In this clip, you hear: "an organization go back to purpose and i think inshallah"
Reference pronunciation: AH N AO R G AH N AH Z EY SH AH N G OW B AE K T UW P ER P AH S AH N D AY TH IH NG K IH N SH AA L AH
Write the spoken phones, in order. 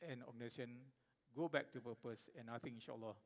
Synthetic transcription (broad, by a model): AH N AO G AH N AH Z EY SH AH N G OW B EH K T UW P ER P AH S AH N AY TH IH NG IH N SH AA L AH